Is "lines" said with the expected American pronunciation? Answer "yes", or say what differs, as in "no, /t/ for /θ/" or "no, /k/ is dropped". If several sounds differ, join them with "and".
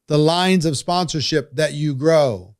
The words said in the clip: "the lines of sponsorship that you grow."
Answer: yes